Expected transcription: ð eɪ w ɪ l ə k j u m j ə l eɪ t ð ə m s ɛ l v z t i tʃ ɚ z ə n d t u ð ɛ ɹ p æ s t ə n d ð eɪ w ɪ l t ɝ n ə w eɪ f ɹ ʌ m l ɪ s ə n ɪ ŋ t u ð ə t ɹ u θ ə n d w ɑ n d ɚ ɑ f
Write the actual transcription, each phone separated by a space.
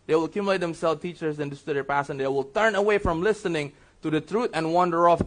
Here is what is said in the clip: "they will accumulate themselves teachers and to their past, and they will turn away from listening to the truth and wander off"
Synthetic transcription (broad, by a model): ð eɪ w ɪ l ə k j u m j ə l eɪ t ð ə m s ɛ l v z t i tʃ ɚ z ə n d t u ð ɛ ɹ p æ s ə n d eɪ w ɪ l t ɝ n ə w eɪ f ɹ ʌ m l ɪ s ə n ɪ ŋ t u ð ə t ɹ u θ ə n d w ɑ n d ɚ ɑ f